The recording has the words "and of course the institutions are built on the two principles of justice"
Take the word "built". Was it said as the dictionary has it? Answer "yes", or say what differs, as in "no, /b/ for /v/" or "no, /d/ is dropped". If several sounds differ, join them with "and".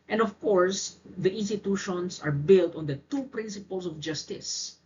yes